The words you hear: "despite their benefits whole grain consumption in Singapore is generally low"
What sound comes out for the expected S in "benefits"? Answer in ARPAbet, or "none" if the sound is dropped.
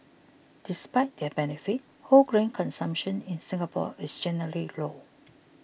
none